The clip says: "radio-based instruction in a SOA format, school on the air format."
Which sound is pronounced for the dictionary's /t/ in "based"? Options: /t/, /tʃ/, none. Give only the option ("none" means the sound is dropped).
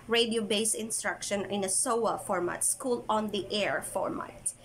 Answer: none